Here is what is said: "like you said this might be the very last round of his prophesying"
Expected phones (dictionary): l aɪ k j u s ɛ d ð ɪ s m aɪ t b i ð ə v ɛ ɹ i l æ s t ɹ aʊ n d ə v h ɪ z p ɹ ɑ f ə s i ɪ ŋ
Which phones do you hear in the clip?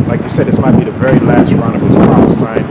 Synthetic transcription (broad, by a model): l aɪ k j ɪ s ɛ d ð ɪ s m aɪ t b i ð ə v ɛ ɹ i l æ s t ɹ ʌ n ə v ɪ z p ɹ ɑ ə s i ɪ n